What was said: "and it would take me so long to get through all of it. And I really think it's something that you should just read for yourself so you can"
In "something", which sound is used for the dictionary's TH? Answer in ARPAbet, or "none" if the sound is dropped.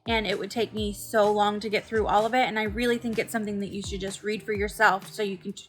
TH